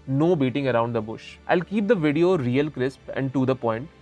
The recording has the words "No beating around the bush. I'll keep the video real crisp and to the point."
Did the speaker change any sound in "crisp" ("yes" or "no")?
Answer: no